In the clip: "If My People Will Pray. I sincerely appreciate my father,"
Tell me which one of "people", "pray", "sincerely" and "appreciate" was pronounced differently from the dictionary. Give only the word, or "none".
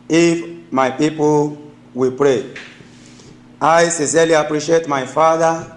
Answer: sincerely